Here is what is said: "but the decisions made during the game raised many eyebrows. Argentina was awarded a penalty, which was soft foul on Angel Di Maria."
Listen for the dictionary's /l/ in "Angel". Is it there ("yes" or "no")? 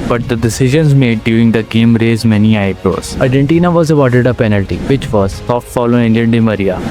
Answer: no